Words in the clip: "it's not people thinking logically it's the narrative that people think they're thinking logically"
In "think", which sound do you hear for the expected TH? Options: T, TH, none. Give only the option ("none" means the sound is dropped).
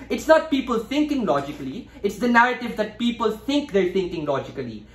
T